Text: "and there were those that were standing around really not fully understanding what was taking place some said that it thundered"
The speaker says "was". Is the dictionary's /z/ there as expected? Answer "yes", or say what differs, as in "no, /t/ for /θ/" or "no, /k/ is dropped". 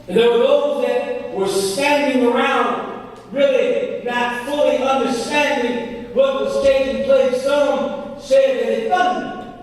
no, /s/ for /z/